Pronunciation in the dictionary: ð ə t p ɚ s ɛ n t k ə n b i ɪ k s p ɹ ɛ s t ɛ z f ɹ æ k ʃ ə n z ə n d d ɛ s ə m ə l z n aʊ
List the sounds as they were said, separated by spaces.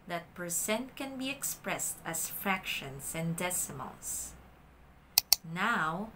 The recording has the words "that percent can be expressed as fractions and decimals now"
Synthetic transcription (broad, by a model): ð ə t p ɚ s ɛ n t k ə n b i ɪ k s p ɹ ɛ s t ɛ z f ɹ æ k ʃ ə n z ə n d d ɛ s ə m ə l s n aʊ